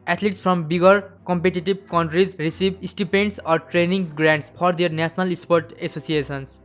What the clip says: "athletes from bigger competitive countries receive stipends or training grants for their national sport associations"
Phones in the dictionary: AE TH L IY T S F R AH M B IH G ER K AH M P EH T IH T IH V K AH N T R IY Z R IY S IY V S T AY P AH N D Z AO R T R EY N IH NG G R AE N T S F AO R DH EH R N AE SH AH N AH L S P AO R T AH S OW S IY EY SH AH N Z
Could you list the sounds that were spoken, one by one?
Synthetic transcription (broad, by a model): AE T L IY T S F R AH M B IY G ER K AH M P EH T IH T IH B K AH N T R IY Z R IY S IY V S T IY P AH N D S AO R T R EY N IH NG G R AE N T S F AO R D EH R N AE S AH N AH L S P AO R T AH S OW S IY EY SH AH N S